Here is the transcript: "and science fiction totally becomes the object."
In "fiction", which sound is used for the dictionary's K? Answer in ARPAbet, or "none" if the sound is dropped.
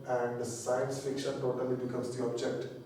K